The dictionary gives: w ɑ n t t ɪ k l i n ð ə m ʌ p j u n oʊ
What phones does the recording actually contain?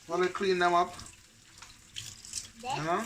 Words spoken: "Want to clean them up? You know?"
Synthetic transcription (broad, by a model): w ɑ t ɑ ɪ k l i n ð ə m ʌ p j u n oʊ